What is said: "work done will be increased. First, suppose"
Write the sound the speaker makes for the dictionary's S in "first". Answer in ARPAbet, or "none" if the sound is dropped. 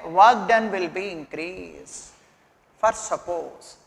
none